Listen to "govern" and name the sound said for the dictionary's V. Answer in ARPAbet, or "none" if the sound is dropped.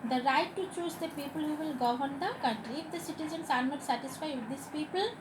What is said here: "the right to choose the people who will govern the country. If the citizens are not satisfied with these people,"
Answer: none